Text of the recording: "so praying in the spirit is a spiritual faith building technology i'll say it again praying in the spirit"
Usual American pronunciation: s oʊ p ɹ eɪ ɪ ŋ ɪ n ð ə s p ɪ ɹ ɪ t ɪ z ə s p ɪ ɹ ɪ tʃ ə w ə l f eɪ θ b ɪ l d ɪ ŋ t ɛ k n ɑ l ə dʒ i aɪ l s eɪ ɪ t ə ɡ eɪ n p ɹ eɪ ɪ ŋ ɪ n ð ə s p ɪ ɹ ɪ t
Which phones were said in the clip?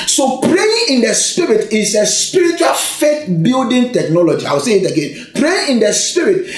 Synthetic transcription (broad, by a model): s oʊ p ɹ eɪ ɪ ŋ ɪ n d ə s p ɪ ɹ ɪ t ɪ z ə s p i ɹ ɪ tʃ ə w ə l f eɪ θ b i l d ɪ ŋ t ɛ k n ɑ l ə dʒ i aɪ w s eɪ ɪ t ə ɡ eɪ n p ɹ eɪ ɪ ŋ ɪ n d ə s p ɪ ɹ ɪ t